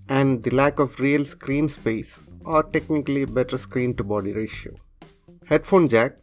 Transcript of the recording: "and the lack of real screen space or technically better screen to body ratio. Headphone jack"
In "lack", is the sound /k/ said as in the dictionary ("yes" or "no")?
yes